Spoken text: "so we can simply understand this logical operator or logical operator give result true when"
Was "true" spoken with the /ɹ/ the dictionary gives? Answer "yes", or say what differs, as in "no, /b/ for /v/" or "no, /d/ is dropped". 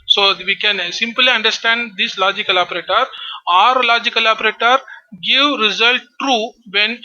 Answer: yes